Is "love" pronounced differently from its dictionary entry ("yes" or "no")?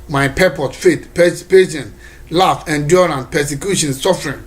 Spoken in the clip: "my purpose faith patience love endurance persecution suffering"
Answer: yes